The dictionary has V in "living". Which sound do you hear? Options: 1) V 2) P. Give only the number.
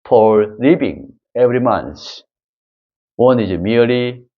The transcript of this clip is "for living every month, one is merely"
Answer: 2